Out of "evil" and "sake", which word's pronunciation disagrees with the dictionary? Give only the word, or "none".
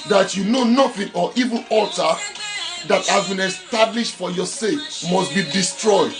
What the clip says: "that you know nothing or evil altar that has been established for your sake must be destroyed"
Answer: evil